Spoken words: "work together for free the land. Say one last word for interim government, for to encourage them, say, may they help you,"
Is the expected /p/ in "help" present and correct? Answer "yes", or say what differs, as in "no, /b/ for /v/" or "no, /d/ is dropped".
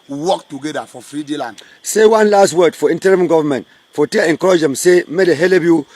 no, /b/ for /p/